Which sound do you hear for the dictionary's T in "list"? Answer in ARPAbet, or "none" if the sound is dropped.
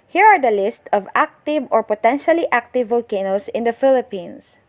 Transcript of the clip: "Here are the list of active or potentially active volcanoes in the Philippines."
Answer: T